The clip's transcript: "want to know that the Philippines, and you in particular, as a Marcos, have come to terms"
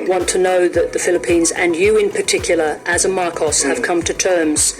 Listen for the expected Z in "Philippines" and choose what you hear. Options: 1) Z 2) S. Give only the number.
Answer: 1